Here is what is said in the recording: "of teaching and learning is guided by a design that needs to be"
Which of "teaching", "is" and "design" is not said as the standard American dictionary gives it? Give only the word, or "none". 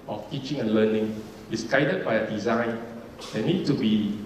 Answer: is